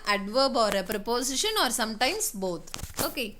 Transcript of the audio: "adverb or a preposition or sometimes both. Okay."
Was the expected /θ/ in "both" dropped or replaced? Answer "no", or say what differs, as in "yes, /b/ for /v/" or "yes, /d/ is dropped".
yes, /t/ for /θ/